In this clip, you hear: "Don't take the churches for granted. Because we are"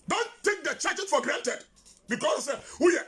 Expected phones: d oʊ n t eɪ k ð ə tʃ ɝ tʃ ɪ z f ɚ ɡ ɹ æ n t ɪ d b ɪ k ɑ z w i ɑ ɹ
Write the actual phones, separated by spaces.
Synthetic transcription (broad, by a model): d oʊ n t eɪ k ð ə tʃ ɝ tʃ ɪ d f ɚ ɡ ɹ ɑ n t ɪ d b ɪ k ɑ s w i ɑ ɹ